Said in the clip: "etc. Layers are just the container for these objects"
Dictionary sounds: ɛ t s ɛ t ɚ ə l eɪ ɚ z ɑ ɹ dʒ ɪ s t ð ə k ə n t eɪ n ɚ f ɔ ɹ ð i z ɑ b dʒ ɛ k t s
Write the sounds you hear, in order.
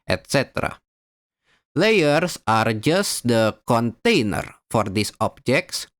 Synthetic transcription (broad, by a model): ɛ t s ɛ t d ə l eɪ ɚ s ɑ ɹ dʒ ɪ s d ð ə k ə n t eɪ n ɚ f ɔ ɹ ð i s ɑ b dʒ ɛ k t s